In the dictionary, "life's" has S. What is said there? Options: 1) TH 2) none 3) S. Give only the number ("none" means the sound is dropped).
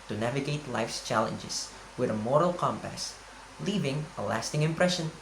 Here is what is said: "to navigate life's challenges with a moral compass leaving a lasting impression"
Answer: 3